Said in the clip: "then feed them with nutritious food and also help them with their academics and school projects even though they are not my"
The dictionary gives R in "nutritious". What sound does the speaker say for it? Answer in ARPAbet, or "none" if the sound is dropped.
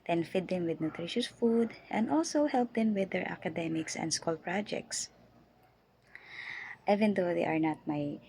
R